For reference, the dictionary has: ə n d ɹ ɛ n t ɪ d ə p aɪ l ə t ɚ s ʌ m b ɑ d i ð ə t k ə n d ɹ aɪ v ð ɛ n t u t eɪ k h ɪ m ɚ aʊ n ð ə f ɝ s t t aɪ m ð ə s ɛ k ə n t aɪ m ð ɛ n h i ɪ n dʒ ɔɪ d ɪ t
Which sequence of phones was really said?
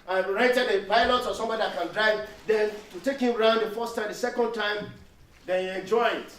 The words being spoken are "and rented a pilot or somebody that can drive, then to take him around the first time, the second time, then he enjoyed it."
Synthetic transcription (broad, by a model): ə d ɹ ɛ t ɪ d ə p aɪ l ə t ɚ s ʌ m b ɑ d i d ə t k ə n d ɹ aɪ v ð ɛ n t u t eɪ k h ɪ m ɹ aʊ n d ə f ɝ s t t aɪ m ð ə s ɛ k ə n t aɪ m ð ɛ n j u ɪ n dʒ ɔɪ ɪ t